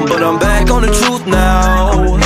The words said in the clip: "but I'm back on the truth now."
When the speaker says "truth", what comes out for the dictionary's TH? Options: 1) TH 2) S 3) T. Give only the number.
1